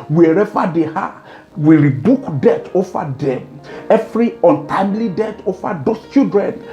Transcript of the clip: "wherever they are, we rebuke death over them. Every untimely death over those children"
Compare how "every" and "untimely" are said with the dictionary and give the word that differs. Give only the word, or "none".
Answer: none